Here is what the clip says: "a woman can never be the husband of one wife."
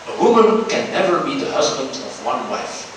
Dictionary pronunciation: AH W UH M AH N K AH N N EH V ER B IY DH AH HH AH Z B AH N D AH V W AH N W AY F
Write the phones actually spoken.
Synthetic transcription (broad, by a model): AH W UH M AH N K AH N N EH V ER B IY DH AH HH AH Z B AH N D AH V W AH N W AY F